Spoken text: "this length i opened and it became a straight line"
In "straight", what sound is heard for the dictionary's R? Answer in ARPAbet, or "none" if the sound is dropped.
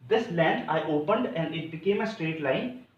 R